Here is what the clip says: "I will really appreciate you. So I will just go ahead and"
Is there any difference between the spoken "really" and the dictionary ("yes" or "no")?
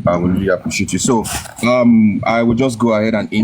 yes